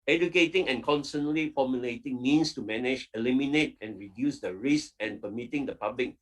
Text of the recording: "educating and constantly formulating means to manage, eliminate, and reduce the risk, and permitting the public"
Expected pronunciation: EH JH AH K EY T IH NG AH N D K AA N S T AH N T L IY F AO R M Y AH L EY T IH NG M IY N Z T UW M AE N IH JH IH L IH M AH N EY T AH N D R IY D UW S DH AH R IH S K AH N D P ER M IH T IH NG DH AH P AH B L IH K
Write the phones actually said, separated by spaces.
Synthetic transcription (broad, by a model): EH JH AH K EY T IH NG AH N K AA N S T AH N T L IY F AO M Y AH L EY T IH NG M IY N S T UW M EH N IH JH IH L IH M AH N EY T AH N R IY D UW S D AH R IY S AH N P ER M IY T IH NG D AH P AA B L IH K